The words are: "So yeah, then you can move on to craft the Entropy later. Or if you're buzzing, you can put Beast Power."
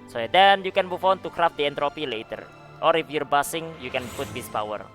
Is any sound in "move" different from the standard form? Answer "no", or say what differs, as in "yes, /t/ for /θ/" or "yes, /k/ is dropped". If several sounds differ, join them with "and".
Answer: yes, /f/ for /v/